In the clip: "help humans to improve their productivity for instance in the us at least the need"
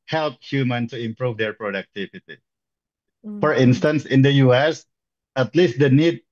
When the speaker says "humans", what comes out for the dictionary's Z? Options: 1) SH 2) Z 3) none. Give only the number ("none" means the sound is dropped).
3